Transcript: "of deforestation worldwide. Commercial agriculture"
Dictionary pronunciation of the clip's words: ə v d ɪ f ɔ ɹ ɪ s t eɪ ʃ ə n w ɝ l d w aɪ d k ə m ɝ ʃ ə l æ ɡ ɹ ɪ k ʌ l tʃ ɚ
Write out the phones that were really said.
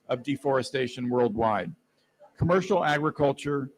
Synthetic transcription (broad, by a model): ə v d ɪ f ɔ ɹ ɪ s t eɪ ʃ ə n w ɝ l d w aɪ d k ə m ɝ ʃ l æ ɡ ɹ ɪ k ʌ l tʃ ɚ